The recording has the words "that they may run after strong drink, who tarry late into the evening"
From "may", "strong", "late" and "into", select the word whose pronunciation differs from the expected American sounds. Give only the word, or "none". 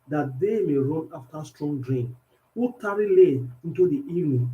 late